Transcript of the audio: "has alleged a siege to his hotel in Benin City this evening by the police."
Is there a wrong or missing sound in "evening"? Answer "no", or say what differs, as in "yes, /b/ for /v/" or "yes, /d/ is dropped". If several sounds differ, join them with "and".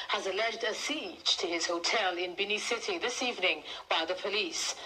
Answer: no